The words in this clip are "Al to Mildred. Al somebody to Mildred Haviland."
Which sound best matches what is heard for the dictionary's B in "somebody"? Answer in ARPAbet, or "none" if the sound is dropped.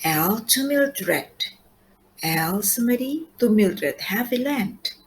none